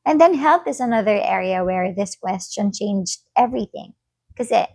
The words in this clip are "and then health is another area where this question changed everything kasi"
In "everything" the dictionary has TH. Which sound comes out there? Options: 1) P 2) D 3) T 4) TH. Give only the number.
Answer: 4